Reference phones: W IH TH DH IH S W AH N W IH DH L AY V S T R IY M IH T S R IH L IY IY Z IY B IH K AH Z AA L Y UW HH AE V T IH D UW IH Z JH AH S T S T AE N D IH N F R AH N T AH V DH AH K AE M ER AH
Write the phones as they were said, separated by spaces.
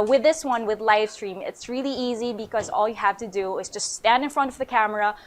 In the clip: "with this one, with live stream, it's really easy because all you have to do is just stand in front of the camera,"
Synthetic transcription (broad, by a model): W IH DH IH S W AH N W IH DH L AY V S T R IY M IH T S R IH L IY IY Z IY B IH K AH Z AA L Y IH HH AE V T IH D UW IH Z JH AH S T S T AE N D IH N F R AH N T AH V DH AH K AE M ER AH